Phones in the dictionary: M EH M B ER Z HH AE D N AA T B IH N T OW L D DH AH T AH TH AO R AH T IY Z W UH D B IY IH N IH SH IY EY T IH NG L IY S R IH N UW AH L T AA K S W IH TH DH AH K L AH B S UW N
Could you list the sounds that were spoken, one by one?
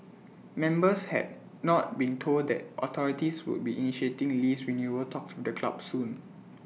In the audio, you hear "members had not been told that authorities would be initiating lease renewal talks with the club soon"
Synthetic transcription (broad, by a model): M EH M B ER S HH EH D N AA T B IH N T OW L D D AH T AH T AO R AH T IY S W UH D B IY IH N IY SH IY EY T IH NG L IY S R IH N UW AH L T AA K S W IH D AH K L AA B S UW N